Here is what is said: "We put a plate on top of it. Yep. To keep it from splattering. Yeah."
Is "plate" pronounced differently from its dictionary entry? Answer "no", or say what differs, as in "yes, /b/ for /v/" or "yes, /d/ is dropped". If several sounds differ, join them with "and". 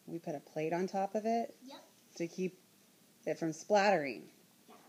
no